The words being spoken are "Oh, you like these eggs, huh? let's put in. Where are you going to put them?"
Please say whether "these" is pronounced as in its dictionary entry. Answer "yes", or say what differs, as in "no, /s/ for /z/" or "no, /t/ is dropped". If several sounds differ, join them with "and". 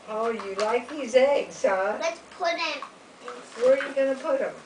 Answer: yes